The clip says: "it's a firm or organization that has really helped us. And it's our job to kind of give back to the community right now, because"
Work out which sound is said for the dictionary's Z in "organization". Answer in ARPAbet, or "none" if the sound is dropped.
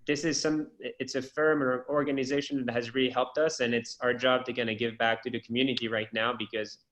Z